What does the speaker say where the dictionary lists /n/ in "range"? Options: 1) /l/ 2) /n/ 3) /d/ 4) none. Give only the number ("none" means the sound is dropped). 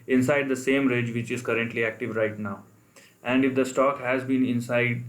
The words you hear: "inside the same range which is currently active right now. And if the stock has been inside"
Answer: 4